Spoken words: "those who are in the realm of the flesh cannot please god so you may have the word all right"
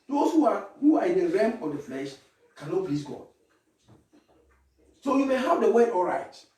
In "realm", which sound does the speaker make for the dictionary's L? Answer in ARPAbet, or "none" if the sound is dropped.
none